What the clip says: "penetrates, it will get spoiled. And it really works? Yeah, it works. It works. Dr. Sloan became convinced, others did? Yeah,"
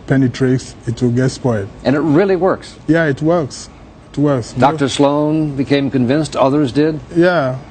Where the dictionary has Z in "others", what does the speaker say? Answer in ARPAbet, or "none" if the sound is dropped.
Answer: Z